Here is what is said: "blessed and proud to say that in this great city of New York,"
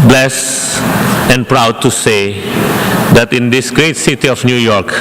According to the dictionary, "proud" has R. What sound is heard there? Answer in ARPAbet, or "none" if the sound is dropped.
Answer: R